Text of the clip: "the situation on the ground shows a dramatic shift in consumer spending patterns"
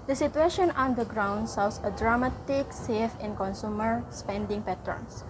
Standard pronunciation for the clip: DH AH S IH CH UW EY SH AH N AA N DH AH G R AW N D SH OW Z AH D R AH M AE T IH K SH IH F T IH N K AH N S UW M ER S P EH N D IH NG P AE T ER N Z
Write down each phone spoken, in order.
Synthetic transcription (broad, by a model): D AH S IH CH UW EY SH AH N AA N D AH G R AW N D S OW S AH D R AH M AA T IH K S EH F IH N K AH N S UW M ER S P EH N D IH NG P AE T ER N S